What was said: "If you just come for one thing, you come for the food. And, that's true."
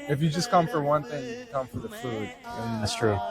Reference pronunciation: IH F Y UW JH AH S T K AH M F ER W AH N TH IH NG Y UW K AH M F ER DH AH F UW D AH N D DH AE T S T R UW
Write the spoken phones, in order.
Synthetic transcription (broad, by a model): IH F Y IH JH AH S K AH M F ER W AH N TH IH NG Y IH K AH M F ER DH AH F UW D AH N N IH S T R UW